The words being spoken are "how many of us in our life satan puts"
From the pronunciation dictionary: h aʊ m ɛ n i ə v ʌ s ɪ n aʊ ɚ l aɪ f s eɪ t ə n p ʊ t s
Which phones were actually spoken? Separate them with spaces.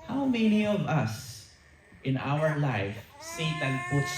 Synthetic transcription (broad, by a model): h aʊ m ɛ n i ə v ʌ s ɪ n aʊ ɚ l aɪ f s eɪ t ə n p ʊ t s